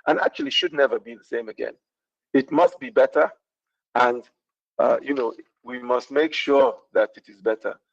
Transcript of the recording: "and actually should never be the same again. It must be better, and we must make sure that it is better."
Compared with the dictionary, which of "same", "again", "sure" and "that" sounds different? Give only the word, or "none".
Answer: none